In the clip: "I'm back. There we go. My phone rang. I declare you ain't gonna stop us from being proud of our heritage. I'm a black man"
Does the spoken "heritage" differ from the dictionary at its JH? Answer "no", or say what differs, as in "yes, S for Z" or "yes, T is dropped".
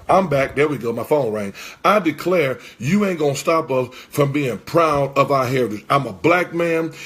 yes, JH is dropped